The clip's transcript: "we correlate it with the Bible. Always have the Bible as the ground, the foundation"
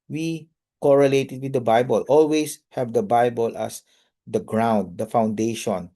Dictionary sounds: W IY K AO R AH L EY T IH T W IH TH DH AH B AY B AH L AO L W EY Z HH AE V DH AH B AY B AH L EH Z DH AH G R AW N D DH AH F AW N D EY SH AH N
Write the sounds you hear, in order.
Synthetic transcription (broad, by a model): W IY K AO R AH L EY T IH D W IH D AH B AY B AH L AO L W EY S HH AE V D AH B AY B AH L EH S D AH G R AW N D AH F AW N D EY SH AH N